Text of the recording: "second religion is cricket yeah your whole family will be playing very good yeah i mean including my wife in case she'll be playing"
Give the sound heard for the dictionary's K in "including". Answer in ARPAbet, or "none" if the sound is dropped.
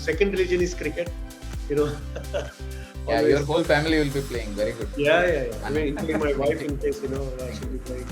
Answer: none